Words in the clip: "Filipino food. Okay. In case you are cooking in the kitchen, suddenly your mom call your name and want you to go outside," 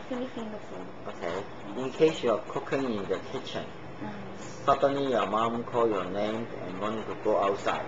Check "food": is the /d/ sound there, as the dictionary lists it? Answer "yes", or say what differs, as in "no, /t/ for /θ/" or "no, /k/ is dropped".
no, /d/ is dropped